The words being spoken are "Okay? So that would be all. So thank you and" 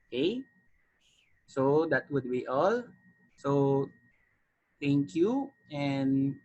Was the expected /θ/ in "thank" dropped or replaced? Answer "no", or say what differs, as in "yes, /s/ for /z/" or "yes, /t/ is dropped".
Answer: yes, /t/ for /θ/